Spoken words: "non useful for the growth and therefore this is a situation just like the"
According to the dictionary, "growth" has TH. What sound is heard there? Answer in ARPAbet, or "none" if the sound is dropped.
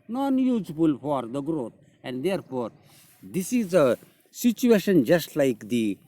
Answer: T